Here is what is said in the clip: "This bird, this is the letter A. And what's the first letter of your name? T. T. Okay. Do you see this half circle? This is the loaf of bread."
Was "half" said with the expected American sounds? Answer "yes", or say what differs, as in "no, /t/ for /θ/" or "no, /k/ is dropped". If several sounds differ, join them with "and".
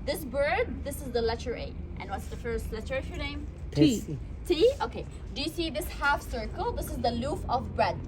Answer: yes